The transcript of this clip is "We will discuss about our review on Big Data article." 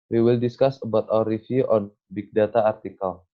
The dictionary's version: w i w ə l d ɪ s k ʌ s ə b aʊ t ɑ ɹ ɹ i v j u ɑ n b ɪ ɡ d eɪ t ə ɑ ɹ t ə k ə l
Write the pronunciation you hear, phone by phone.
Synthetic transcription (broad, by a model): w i w ə l d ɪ s k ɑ s ə b aʊ t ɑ w ɹ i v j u ɑ n b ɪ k d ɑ t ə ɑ ɹ t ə k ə l